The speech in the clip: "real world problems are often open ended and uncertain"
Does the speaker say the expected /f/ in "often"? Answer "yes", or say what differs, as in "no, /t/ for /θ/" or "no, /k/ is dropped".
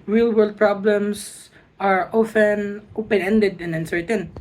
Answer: yes